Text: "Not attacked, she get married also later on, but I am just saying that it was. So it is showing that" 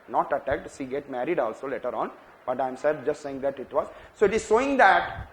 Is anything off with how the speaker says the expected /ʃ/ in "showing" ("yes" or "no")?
yes